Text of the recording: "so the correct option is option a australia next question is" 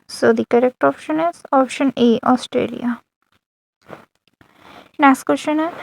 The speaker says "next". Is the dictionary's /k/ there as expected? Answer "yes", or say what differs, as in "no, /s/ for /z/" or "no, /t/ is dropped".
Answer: no, /k/ is dropped